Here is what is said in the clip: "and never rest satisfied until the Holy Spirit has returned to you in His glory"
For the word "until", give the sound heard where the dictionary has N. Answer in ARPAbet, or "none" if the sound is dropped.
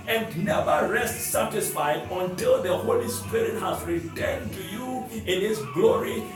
N